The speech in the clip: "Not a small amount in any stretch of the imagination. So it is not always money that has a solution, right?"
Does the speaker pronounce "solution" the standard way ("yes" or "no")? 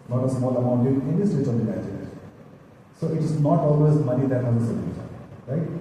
no